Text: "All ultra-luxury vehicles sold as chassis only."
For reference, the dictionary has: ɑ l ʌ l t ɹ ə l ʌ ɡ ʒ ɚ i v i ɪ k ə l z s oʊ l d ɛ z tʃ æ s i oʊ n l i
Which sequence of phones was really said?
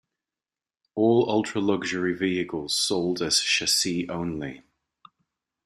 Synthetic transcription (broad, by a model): ɑ l ʌ l t ɹ ə l ʌ ɡ ʒ ɚ i v i ɪ k ə l z s oʊ l d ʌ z ʃ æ s i oʊ n l i